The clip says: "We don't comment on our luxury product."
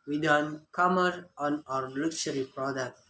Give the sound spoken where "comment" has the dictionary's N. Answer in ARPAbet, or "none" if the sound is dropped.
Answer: none